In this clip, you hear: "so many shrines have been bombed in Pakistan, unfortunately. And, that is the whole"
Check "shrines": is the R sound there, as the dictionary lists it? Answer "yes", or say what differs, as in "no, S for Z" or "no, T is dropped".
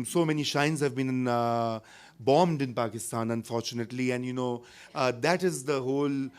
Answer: no, R is dropped